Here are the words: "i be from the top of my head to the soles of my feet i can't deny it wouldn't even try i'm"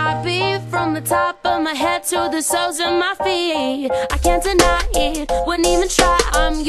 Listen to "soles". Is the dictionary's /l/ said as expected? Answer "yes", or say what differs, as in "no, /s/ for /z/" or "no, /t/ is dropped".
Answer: no, /l/ is dropped